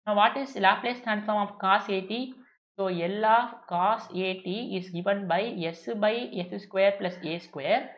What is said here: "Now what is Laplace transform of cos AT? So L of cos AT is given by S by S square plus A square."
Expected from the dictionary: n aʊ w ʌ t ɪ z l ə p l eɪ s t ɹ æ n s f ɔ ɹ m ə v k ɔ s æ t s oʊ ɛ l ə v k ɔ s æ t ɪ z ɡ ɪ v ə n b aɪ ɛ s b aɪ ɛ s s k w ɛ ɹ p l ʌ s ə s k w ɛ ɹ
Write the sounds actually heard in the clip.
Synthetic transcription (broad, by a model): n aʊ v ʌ t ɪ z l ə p l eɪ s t æ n f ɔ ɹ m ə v k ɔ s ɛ t s oʊ ɛ l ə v k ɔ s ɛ t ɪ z ɡ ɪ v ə n b aɪ ɛ s b aɪ ɛ s s k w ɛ ɹ p l ʌ s ə s k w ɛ ɹ